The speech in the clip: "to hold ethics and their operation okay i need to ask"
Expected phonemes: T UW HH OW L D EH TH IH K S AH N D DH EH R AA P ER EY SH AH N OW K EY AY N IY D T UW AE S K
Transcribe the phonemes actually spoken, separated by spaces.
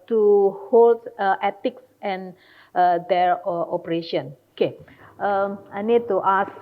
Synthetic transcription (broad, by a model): T UW HH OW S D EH T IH K S AH N D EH R AA P ER EY SH AH N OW K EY AY N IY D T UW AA S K